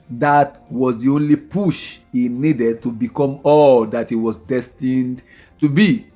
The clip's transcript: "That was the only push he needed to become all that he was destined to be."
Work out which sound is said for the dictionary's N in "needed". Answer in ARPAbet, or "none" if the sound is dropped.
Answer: N